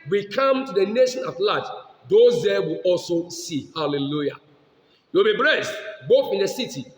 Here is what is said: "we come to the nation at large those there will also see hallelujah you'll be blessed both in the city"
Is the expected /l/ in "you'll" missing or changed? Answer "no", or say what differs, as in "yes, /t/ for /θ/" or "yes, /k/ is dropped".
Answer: yes, /w/ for /l/